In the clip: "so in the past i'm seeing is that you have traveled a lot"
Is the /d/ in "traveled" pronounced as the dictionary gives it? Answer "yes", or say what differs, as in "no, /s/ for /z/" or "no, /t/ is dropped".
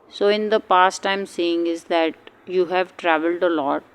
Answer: yes